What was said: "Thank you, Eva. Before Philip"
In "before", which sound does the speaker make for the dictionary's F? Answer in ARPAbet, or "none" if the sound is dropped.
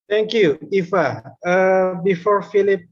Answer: F